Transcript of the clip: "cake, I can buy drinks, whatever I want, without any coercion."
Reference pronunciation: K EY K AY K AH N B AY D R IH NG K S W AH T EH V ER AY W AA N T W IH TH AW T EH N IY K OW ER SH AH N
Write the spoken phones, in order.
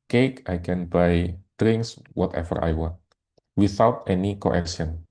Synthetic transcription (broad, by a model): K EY K AY K AH N B AY D R IH NG K S W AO T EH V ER AY W AA N T W IH TH AW T EH N IY K OW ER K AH N